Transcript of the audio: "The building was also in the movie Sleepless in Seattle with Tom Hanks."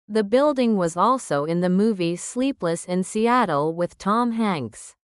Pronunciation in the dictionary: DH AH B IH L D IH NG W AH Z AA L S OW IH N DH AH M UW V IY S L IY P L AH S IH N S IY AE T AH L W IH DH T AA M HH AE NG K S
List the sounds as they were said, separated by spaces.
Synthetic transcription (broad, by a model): DH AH B IH L D IH NG W AH Z AA L S OW IH N DH AH M UW V IY S L IY P L AH S IH N S IY AE T AH L W IH DH T AA M HH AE NG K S